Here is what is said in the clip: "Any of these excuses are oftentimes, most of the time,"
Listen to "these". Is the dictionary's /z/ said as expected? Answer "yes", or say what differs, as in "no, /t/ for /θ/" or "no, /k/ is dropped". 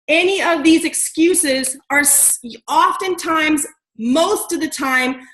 yes